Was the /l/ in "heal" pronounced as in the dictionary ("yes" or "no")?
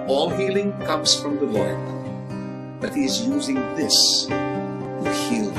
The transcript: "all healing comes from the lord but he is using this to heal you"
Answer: yes